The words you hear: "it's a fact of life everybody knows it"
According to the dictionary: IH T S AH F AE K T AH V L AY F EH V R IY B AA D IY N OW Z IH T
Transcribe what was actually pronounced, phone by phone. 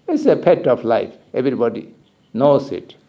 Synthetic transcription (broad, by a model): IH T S AH P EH T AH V L AY F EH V R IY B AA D IY N OW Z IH T